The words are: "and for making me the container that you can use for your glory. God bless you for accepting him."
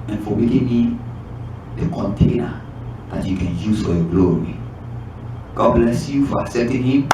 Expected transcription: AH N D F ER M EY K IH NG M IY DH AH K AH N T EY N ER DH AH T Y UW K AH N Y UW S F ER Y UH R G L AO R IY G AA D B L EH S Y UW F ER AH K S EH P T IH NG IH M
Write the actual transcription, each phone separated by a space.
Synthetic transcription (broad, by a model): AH N F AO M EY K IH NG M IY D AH K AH N T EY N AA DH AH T Y UW K AH N Y UW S F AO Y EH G L AO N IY G AA D B L EH S Y UW F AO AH S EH T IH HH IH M